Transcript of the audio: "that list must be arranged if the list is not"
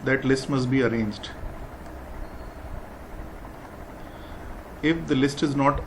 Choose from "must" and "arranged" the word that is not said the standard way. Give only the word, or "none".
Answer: none